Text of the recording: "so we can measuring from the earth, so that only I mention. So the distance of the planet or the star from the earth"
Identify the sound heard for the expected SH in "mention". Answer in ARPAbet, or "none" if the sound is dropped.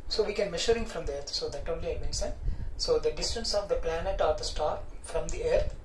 S